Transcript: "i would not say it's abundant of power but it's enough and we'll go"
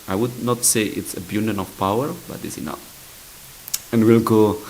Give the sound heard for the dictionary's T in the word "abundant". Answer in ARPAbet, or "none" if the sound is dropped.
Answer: none